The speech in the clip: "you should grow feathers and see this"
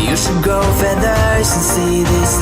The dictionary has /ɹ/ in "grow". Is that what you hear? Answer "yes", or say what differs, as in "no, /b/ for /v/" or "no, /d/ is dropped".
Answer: no, /ɹ/ is dropped